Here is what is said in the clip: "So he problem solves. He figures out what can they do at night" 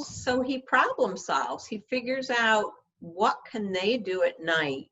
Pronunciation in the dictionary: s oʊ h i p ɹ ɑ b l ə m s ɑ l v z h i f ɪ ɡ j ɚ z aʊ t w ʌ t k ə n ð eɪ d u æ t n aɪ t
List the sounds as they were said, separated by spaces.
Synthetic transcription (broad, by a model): s oʊ i p ɹ ɑ b l ə m s ɑ l v z h i f ɪ ɡ j ɚ z aʊ t w ʌ t k ə n ð eɪ d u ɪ t n aɪ t